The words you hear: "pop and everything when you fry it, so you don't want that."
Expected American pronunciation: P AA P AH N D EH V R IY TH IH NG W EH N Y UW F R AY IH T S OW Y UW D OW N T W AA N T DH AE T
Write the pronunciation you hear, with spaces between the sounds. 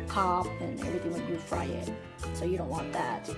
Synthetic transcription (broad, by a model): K AA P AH N EH V R IY TH IH NG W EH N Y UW F R AY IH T S OW Y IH D OW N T W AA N DH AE T